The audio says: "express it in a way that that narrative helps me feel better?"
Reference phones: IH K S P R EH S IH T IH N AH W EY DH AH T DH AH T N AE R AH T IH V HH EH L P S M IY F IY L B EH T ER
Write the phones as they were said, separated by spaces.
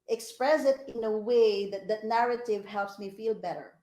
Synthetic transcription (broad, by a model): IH K S P R EH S IH T IH N AH W EY DH AH T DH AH T N AE R AH T IH V HH EH L P S M IY F IY L B EH T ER